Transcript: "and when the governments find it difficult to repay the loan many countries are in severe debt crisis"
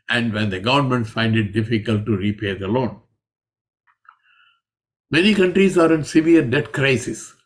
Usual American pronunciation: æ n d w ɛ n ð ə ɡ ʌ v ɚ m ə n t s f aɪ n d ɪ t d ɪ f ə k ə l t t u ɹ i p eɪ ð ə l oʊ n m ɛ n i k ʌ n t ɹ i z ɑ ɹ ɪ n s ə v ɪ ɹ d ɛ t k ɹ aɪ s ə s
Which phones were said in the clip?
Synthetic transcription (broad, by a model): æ n d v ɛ n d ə ɡ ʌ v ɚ m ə n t f aɪ n d ɪ t d ɪ f ə k ə l t t u ɹ i p eɪ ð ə l oʊ n m ɛ n i k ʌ n t ɹ i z ɑ ɹ ɪ n s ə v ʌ ɹ d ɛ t k ɹ aɪ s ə s